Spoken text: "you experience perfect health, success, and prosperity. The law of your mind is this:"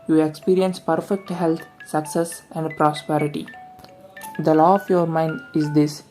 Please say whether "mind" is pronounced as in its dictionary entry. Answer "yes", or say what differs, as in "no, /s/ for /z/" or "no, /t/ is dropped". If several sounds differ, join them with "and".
yes